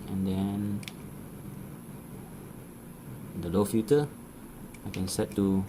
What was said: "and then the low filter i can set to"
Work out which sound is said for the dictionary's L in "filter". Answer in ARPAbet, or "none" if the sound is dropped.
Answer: none